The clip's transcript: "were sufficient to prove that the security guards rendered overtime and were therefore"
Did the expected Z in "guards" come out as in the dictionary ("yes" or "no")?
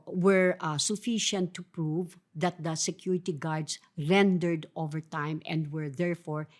no